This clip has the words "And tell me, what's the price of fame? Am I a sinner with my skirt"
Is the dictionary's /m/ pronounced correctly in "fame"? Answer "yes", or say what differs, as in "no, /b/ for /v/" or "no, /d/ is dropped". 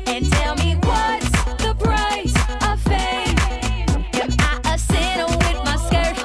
no, /m/ is dropped